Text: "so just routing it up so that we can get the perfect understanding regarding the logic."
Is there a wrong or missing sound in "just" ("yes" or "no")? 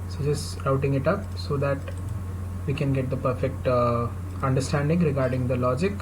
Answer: yes